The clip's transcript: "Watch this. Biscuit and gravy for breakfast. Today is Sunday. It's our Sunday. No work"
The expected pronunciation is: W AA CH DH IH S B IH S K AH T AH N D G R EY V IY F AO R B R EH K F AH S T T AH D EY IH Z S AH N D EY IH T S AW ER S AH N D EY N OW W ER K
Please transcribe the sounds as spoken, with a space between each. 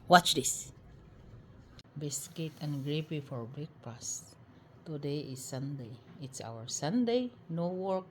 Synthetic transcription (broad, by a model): W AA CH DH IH S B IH S K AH T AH N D G R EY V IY F AO R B EH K P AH S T T AH D EY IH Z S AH N D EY IH T S AW ER S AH N D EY N OW W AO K